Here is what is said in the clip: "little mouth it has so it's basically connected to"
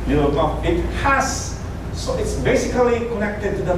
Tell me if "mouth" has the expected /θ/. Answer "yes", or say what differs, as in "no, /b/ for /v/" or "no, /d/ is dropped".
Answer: no, /f/ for /θ/